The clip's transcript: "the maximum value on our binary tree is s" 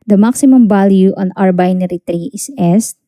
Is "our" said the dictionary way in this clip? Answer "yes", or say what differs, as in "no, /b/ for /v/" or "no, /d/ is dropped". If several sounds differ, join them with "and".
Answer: yes